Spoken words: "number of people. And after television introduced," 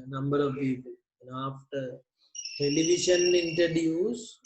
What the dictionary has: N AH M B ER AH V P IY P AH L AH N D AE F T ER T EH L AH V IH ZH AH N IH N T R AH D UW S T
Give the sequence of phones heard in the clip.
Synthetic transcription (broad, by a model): N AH M B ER AH V P IY P AH L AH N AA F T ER T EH L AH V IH SH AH N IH N T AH D UW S